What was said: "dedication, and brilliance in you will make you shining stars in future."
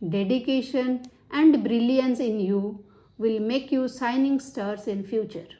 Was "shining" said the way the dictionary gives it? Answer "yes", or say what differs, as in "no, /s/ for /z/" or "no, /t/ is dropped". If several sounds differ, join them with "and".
no, /s/ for /ʃ/